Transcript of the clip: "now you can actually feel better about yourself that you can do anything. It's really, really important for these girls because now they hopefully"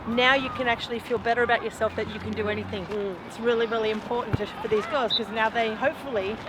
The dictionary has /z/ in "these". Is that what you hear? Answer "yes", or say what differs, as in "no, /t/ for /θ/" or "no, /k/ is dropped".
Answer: yes